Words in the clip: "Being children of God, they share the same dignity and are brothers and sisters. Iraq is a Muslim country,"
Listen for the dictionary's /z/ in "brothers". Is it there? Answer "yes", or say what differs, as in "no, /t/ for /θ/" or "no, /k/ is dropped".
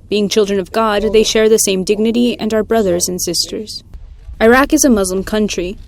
yes